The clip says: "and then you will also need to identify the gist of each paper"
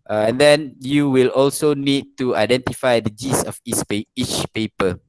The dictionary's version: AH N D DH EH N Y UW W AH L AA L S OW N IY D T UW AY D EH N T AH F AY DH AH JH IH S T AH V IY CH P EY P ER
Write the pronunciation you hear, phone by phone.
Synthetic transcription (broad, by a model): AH N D EH N Y UW W AH L AA L S OW N IY D T UW AY D EH N T AH F AY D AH JH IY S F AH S IY CH P EY P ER